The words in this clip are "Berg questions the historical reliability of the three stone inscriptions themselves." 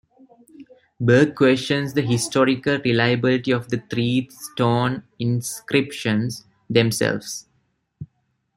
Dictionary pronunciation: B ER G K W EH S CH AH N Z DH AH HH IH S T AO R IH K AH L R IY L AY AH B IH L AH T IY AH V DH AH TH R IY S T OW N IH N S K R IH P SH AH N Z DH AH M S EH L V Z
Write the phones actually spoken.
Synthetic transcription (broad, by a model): B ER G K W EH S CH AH N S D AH HH IH S T AO R IH K AH L R IY L AY AH B IH L AH T IY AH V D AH T R IY S T OW N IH N S K R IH P SH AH N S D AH M S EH L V S